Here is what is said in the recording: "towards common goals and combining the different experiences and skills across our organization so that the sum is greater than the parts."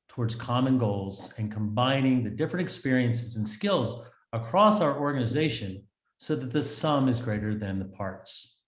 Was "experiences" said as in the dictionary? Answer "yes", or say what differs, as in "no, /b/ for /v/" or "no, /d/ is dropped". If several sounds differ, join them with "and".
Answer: yes